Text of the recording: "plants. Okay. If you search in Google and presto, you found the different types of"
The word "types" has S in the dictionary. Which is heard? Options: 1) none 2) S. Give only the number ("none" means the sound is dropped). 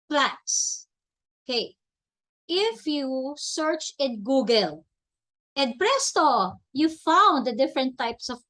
2